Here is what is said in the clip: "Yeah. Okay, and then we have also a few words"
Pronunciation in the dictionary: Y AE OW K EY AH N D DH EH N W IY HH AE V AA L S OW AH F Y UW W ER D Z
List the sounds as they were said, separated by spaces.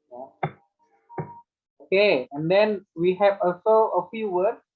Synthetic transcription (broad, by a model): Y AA OW K EY AH N D EH N W IY HH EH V AA L S OW AH F Y UW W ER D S